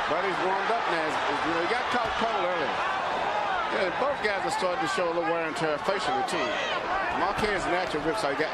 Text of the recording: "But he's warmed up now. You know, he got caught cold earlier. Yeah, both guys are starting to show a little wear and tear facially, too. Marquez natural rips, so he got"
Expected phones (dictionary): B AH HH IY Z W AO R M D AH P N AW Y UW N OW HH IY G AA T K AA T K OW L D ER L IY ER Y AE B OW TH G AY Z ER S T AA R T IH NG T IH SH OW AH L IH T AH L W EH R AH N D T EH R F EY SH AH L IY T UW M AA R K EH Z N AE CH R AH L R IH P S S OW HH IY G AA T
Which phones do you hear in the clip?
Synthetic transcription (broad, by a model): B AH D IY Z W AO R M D AH P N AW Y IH N OW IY G AA T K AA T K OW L ER L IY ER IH B OW TH G AY Z ER S T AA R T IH T IH SH OW AH L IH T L W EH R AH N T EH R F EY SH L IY T UW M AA K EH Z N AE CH AH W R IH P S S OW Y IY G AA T